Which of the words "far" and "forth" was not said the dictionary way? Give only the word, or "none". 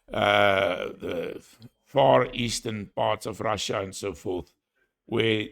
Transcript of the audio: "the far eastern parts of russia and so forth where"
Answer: none